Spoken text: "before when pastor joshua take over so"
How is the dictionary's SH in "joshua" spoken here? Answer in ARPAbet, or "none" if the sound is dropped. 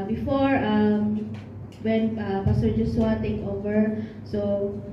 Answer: S